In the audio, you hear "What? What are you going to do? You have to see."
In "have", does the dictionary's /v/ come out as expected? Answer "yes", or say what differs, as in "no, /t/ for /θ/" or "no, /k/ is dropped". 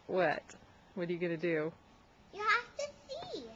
no, /f/ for /v/